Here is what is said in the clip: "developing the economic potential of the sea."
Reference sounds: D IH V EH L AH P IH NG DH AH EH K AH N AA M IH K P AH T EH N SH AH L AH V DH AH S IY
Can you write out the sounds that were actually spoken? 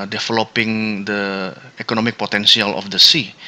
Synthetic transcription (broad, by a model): D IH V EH L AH P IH NG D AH EH K AH N AA M IH K P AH T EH N S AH L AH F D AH S IY